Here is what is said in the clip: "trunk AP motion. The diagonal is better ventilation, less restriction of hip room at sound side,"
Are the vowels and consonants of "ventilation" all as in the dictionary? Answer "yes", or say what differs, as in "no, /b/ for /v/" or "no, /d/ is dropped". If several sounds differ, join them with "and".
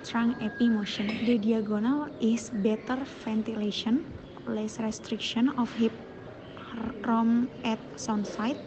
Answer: no, /f/ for /v/